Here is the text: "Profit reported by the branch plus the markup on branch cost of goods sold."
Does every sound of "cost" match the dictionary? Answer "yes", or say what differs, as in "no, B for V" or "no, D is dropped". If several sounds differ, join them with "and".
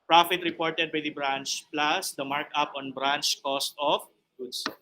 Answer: yes